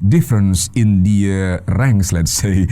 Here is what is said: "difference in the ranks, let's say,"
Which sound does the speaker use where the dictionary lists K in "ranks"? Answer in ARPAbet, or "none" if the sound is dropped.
none